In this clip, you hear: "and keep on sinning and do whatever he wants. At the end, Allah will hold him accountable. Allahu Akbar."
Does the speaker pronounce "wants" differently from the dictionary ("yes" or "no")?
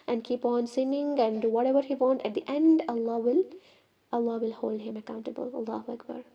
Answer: yes